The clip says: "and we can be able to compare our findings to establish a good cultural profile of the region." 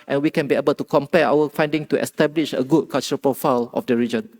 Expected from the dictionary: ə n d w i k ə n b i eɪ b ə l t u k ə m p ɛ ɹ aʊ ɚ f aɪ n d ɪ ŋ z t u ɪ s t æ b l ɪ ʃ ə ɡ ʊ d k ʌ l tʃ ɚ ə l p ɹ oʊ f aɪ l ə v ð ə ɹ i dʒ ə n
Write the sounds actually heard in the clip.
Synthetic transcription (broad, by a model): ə n w i k ə n b i eɪ b ə l t u k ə m p ɛ aʊ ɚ f aɪ n d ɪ ŋ t u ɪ s t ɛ b l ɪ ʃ ə ɡ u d k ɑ l tʃ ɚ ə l p ɹ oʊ f aɪ l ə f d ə ɹ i dʒ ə n